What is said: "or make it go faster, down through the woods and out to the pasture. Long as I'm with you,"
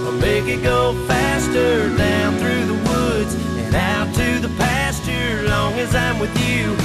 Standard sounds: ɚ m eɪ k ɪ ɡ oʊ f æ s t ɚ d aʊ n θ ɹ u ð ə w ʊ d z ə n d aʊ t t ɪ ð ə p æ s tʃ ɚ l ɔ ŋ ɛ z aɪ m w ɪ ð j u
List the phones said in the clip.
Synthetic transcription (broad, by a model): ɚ m eɪ k ɪ ɡ oʊ f æ s t ɚ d aʊ n θ ɹ u ð ə w ʊ d z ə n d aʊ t t ɪ ð ə p æ s tʃ ɚ l ɔ ŋ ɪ z aɪ m w ɪ ð j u